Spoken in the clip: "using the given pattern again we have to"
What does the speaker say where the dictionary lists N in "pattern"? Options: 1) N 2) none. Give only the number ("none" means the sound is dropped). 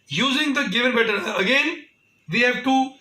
2